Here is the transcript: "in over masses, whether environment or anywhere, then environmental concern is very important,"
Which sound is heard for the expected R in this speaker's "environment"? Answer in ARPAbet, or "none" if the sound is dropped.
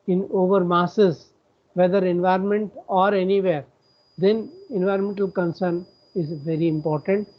R